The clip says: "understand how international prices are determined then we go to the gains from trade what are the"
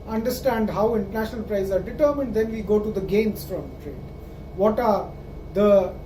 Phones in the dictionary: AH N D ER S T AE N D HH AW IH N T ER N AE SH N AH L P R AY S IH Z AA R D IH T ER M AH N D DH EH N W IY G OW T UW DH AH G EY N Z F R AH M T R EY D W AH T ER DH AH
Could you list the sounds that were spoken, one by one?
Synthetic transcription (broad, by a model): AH N D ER S T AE N D HH AW IH N T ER N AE SH N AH L P R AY IH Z AA R D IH T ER M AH N D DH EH N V IY G OW T UW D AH G EY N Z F R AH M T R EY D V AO T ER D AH